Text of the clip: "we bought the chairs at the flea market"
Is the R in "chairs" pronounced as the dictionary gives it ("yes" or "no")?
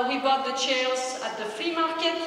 no